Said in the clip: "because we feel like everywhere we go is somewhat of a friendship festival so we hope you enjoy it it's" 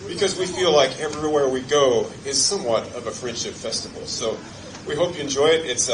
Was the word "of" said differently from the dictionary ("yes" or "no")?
no